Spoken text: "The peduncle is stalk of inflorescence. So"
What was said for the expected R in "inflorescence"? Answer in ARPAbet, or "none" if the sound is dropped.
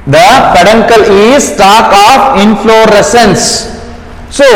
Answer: R